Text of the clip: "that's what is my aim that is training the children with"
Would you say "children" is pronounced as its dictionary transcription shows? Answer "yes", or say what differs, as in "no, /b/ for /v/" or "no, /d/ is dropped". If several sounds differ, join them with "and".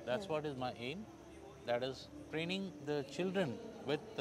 yes